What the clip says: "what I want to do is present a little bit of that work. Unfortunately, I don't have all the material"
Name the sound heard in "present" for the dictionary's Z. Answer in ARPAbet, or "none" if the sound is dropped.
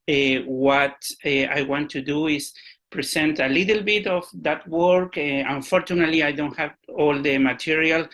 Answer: S